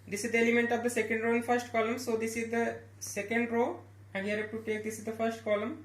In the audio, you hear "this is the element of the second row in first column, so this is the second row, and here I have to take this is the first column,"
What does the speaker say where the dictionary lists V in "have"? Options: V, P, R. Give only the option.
P